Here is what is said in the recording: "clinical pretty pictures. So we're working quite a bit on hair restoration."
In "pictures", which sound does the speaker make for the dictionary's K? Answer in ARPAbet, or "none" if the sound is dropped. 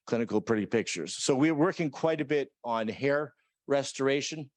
K